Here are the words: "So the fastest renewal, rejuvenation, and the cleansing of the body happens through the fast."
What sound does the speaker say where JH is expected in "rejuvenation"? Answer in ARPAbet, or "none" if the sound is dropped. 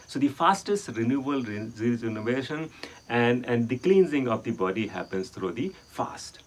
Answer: Z